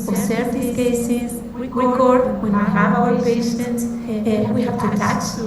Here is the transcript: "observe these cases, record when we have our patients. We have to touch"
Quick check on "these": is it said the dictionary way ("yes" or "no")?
no